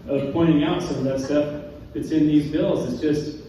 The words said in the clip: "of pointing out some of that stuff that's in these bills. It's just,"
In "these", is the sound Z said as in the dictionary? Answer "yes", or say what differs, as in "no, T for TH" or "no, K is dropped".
yes